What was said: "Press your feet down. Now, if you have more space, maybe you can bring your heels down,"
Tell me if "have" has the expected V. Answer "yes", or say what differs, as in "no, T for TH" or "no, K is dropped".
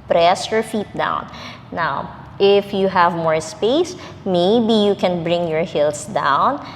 yes